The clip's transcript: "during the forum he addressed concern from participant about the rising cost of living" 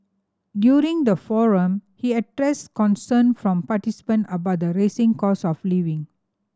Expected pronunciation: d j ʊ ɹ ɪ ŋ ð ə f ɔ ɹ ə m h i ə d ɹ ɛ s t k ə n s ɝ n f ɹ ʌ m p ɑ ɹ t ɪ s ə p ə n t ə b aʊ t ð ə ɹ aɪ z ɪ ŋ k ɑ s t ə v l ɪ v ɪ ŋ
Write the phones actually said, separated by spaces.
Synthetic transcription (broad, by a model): d j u ɹ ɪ ŋ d ə f ɔ ɹ ə m h i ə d ɹ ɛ s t k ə n s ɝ n f ɹ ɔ m p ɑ t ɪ s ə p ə n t ə b aʊ t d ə ɹ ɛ s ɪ ŋ k ɑ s ə f l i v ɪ ŋ